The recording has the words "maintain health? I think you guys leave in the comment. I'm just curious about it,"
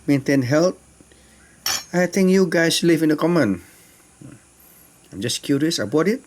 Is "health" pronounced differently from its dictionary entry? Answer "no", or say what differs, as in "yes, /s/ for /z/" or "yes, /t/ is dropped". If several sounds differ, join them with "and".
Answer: yes, /t/ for /θ/